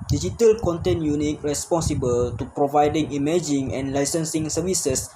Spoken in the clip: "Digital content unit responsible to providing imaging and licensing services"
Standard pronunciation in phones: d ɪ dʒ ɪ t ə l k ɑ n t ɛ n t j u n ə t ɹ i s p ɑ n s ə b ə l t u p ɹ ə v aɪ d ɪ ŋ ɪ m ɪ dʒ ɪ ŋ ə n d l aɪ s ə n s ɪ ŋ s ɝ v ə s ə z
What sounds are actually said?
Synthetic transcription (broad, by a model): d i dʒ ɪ t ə l k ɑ n t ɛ n j u n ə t ɹ i s p ɑ n s ə b ə l t u p ɹ ə v aɪ d ɪ ŋ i m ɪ dʒ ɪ ŋ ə n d l aɪ s ə n s ɪ ŋ s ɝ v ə s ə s